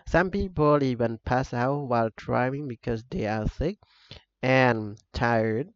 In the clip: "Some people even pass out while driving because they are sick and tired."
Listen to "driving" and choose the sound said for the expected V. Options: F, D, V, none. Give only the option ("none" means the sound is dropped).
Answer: none